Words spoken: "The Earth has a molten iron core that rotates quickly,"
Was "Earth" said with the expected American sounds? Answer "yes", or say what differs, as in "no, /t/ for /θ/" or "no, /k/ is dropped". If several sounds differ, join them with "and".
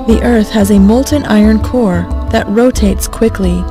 yes